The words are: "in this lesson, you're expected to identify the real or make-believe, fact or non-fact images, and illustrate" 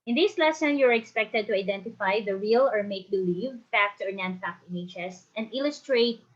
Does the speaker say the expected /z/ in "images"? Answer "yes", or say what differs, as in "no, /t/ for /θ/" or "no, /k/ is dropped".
no, /s/ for /z/